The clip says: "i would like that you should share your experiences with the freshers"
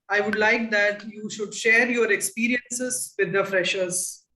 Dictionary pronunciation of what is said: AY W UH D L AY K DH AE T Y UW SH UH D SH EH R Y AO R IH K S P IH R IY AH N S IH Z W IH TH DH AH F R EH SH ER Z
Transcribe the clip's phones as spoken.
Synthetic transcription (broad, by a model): AY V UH D L AY K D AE T Y UW SH UH D SH EH R Y AO R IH K S P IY R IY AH N S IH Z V IH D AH F R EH SH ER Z